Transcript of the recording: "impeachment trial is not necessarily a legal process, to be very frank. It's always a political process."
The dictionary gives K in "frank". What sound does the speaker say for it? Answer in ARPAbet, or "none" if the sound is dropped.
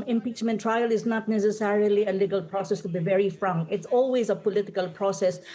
none